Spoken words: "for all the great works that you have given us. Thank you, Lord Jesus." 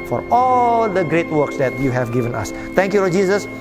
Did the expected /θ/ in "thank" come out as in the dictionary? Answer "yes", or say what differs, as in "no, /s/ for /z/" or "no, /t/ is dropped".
no, /t/ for /θ/